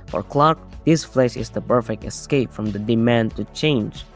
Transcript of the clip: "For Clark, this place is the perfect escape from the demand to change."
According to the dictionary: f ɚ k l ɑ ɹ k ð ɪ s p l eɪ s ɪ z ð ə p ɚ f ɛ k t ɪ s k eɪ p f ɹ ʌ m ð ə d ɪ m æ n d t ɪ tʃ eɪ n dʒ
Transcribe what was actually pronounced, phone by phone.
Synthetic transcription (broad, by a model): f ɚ k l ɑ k ð ɪ s f l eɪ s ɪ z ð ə p ɚ f ɛ k t ɪ s k eɪ p f ɹ ʌ m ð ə d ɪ m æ n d t ɪ tʃ eɪ n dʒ